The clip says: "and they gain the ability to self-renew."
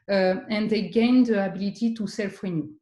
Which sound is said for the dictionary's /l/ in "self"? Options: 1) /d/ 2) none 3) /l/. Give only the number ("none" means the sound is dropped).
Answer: 3